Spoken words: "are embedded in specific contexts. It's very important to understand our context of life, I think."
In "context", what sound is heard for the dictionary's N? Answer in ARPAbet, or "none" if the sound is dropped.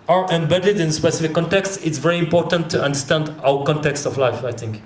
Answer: N